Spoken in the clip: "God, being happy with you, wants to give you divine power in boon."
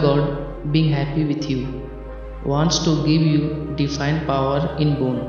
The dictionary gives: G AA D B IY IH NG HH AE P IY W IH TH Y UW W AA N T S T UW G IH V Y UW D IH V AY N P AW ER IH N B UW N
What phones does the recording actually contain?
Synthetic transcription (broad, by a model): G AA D B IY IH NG HH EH P IY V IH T Y UW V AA N T S T UW G IH V Y UW D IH F AY N P AW ER IH N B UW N